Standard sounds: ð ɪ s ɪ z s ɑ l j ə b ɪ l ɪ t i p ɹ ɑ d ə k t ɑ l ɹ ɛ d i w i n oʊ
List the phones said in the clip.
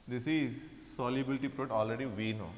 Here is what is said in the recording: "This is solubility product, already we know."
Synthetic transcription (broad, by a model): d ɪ s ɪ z s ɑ l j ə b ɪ l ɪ t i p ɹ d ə t ɑ l ɹ ɛ d i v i n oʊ